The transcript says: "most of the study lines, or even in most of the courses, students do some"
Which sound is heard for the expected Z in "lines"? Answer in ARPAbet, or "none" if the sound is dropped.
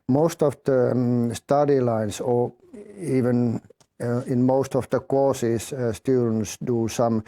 S